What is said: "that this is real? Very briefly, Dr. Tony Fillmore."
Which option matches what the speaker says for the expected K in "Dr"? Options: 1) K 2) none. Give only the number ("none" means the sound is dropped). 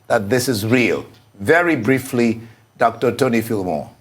1